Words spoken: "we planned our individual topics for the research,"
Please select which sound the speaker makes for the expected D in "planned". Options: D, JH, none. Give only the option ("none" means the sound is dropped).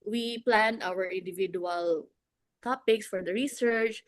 none